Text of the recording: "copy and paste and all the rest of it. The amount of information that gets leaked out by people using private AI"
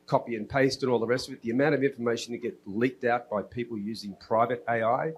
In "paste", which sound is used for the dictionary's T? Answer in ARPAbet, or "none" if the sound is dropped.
T